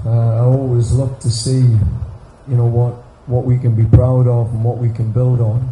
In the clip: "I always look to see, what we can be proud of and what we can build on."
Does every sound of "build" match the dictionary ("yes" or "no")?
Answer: yes